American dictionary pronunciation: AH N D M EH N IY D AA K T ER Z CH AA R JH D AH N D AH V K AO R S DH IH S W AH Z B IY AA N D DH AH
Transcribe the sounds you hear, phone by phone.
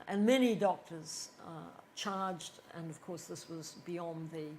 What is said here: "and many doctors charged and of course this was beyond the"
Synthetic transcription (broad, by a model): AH N M EH N IY D AA K T ER Z CH AA R JH D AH N AH V K AO R S DH IH S W AH Z B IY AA N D DH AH